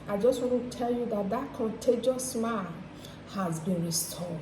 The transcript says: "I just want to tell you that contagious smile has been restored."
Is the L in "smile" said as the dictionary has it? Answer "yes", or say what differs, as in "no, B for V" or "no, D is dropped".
no, N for L